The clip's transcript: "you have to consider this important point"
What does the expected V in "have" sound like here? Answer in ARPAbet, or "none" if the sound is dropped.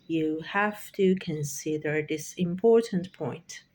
F